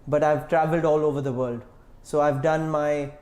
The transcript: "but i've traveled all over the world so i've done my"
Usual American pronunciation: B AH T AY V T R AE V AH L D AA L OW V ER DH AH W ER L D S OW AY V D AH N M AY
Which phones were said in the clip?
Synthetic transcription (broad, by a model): B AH T AY V T R AE V AH L D AA L OW V ER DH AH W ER L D S OW AY V D AH N M AY